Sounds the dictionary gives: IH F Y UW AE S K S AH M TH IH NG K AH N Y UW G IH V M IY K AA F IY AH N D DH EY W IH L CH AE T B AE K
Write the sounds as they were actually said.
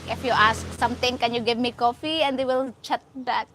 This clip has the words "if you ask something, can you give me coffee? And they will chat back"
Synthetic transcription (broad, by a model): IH F Y UW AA S K S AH M T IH NG K AH N Y UW G IH V M IY K AA F IY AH N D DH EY W IH L CH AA T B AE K